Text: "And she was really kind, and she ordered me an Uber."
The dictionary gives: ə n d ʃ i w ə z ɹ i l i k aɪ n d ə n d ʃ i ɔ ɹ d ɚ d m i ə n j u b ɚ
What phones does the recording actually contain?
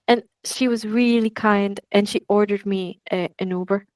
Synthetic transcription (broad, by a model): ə n ʃ i w ə z ɹ i l i k aɪ n d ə n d ʃ i ɔ ɹ d ɚ d m i ə n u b ɚ